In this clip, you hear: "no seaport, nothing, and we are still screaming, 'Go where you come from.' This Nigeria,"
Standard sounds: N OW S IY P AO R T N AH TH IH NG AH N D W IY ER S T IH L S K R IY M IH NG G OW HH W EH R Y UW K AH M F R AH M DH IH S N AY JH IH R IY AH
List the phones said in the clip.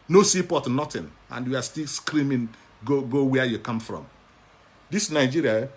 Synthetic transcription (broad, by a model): N OW S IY P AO T N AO T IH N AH N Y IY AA S T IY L S K R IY M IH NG G OW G W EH Y UW K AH M F R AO M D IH S N AY JH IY R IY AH